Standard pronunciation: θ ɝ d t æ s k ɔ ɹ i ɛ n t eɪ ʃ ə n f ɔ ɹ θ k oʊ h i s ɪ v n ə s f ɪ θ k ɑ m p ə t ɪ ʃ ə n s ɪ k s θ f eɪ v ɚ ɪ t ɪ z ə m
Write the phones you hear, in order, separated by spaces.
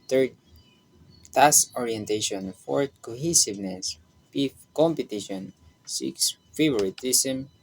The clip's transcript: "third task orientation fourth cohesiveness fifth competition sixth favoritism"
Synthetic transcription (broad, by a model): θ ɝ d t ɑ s ɔ ɹ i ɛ n t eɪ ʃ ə n f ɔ ɹ k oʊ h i s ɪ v n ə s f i f k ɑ m p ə t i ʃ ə n s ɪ k s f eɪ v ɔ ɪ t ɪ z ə m